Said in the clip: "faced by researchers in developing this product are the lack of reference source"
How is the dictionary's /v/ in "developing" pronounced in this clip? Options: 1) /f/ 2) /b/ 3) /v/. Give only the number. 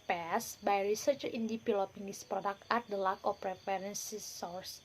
1